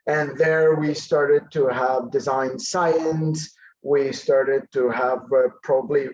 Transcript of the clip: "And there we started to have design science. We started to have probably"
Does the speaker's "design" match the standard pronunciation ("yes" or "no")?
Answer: yes